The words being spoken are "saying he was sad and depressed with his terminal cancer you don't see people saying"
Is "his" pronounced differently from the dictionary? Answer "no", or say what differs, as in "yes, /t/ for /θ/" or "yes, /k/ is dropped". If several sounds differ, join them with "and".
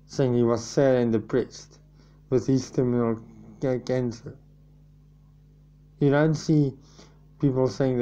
yes, /s/ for /z/